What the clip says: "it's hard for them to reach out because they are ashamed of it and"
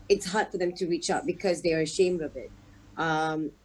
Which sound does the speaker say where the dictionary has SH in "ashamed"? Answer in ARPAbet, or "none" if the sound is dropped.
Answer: SH